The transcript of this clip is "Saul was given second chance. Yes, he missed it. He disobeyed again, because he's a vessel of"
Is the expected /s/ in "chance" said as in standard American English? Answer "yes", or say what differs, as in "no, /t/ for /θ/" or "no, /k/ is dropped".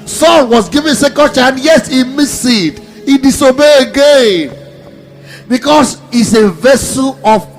no, /s/ is dropped